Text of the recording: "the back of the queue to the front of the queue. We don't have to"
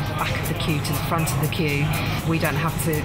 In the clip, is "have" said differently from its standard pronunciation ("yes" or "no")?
yes